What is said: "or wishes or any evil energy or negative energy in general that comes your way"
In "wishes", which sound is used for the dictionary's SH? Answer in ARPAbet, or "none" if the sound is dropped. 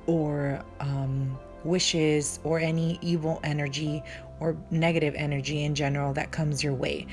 SH